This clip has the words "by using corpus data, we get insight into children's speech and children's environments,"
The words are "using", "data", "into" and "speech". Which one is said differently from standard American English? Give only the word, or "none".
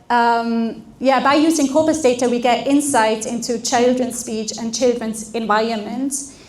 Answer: none